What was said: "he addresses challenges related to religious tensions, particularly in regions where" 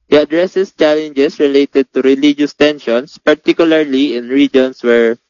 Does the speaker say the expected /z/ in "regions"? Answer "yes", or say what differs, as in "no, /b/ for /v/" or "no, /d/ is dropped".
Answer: no, /s/ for /z/